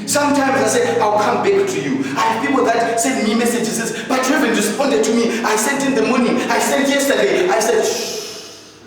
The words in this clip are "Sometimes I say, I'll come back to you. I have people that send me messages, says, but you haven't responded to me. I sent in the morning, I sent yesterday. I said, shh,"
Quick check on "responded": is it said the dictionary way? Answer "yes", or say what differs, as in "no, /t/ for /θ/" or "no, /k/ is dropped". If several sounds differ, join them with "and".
yes